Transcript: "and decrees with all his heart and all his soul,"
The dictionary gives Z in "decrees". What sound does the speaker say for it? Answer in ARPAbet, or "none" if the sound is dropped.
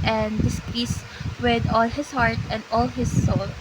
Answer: S